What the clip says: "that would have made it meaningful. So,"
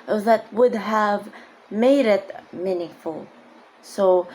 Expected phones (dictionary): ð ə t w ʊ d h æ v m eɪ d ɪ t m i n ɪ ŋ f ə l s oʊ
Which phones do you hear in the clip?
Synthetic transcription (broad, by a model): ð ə t w ʊ d h æ v m eɪ d ɪ t m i n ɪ ŋ f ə l s oʊ